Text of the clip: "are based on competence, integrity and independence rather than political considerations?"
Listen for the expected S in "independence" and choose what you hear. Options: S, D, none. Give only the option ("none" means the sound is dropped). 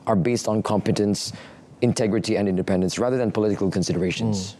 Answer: S